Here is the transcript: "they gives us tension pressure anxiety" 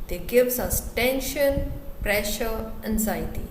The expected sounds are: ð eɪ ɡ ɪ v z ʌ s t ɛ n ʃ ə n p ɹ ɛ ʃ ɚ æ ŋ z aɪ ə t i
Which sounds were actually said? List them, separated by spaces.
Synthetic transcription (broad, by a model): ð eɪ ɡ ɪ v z ʌ s t ɛ n ʃ ə n p ɹ ɛ ʃ ɚ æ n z aɪ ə t i